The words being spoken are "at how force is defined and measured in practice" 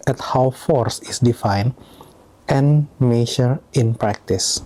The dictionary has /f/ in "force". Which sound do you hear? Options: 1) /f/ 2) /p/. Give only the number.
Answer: 1